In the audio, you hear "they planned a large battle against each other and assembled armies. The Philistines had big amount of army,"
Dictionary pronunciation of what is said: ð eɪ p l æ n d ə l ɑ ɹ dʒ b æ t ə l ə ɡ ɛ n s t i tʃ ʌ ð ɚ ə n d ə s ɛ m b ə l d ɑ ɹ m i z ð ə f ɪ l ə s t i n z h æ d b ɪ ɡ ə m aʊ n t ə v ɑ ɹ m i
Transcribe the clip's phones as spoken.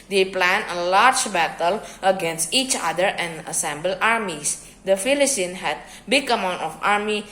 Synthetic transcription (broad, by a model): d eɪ p l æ n ə l ɑ ɹ dʒ b æ t ə l ə ɡ ɛ n s t i tʃ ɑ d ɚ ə n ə s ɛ m b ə l ɑ ɹ m i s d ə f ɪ l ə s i n h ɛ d b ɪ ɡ ə m aʊ n t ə f ɑ ɹ m i